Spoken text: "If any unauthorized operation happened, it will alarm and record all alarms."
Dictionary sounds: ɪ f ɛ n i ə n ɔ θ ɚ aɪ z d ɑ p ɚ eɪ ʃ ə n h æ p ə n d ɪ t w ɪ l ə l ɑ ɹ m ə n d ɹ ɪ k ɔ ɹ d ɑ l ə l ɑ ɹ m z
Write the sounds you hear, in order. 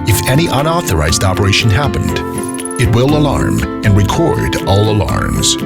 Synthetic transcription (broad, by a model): ɪ f ɛ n i ə n ɔ θ ɚ aɪ z d ɑ p ɚ eɪ ʃ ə n h æ p ə n d ɪ t w ɪ l ə l ɑ ɹ m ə n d ɹ ɪ k ɔ ɹ d ɑ l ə l ɑ ɹ m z